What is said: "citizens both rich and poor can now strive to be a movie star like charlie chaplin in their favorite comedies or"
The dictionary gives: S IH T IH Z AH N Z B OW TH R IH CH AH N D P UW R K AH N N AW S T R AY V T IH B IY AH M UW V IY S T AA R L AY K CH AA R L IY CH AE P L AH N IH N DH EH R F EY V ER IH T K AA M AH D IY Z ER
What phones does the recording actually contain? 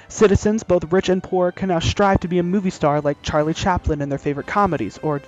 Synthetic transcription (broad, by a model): S IH T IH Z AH N Z B OW TH R IH CH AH N P UW R K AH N N AW S T R AY V T IH B IY AH M UW V IY S T AA R L AY K CH AA R L IY CH AE P L AH N IH N DH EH R F EY V ER IH T K AA M AH D IY Z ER